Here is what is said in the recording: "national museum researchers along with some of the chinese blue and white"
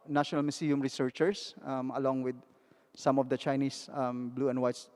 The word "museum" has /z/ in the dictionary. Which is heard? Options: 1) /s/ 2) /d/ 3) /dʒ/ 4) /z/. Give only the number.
1